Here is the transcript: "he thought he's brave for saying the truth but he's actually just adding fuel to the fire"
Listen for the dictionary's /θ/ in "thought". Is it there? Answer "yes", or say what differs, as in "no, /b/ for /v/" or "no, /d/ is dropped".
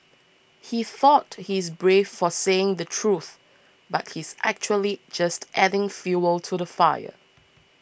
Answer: yes